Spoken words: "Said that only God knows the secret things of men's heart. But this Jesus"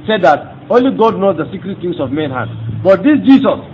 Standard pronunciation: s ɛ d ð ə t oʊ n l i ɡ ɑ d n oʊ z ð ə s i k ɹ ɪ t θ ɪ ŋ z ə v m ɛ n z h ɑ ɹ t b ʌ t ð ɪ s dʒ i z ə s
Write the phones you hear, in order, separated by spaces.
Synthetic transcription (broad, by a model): s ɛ d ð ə t oʊ n l i ɡ ɑ d n oʊ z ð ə s i k ɹ ɪ t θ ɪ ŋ s ə v m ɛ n h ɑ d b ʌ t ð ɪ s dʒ i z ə s